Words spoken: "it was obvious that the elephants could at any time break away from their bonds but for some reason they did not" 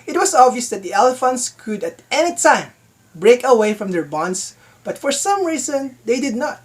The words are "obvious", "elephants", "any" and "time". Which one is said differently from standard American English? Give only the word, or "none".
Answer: none